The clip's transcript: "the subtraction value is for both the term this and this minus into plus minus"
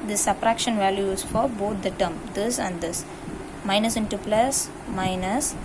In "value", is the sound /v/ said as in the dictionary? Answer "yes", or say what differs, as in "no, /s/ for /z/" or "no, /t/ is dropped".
yes